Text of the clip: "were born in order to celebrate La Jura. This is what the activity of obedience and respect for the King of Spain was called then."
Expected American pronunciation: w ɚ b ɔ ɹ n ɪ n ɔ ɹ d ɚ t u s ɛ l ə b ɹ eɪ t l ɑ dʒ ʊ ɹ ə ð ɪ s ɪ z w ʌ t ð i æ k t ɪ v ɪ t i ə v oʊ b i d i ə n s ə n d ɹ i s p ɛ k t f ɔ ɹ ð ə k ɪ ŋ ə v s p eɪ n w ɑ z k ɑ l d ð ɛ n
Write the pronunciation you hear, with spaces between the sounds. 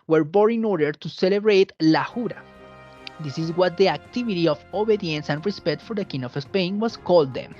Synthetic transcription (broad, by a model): w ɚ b ɔ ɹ ɪ n ɔ ɹ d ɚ t u s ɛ l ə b ɹ eɪ t l ɑ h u ɹ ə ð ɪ s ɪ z w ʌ t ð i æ k t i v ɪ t i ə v oʊ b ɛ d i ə n s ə n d ɹ i s p ɛ k t f ɔ ɹ ð ə k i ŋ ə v s p eɪ n w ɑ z k ɑ l d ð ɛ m